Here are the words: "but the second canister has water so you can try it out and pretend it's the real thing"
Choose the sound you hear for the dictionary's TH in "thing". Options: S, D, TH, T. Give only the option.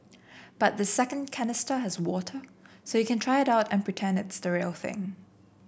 TH